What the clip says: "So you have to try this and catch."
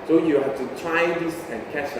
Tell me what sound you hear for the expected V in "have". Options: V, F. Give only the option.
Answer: F